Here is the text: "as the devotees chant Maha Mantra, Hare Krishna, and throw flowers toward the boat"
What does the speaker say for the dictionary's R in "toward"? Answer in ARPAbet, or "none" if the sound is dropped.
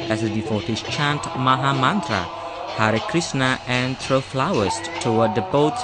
W